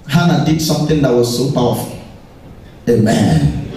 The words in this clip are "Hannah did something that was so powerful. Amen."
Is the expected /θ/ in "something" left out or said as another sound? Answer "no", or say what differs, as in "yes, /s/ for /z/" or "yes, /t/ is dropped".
yes, /t/ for /θ/